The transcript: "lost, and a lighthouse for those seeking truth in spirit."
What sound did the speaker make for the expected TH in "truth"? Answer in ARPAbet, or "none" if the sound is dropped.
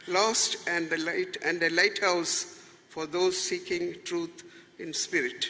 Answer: T